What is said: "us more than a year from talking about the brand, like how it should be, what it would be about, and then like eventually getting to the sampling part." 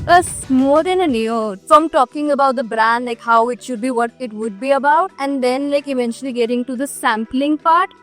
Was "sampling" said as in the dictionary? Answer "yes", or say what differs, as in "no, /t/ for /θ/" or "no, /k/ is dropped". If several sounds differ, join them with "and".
yes